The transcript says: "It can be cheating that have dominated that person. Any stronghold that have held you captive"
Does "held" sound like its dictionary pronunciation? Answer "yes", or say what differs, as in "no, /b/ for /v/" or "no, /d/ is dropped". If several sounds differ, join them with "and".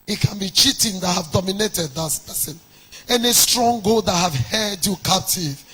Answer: no, /l/ is dropped